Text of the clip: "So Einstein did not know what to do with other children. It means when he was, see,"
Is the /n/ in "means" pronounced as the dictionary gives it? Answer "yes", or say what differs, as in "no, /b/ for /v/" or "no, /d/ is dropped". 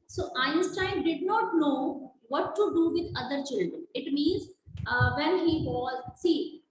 yes